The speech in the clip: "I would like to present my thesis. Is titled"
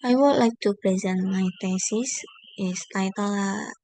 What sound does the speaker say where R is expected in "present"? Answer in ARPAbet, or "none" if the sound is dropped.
R